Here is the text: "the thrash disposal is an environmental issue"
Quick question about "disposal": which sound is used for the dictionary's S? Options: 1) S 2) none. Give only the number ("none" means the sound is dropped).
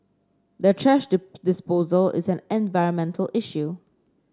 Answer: 1